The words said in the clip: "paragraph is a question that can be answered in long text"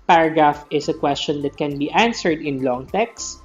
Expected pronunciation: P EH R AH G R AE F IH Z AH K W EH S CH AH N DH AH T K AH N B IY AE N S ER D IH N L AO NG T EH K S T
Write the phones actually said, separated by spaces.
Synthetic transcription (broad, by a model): P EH R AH G R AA F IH S AH K W EH S CH AH N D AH T K AH N B IY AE N S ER D IH N L AO NG T EH K S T